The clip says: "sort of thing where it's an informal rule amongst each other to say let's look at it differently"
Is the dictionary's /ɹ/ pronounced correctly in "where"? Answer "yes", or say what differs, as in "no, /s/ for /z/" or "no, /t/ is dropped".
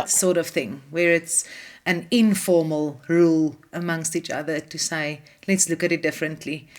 yes